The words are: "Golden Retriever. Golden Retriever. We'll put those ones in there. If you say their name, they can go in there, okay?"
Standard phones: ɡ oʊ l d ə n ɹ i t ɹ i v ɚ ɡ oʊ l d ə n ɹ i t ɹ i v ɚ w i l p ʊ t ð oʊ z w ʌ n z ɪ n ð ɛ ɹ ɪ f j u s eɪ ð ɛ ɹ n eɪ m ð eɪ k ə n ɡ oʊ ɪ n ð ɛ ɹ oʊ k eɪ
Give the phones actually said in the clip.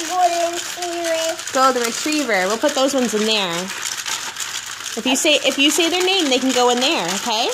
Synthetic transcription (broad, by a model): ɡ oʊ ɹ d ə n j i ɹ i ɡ oʊ l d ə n ɹ i t ɹ i v ɚ w i l p ʊ t ð oʊ z w ʌ n z ɪ n ð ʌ ɹ ɪ f j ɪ s eɪ ð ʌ ɹ n eɪ m ð eɪ k n ɡ oʊ ɪ n ð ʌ ɹ oʊ k eɪ